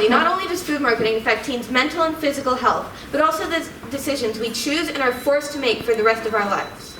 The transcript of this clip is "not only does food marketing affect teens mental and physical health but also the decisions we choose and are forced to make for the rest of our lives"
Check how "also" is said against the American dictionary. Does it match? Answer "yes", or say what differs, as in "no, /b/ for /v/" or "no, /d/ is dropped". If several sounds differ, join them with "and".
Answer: yes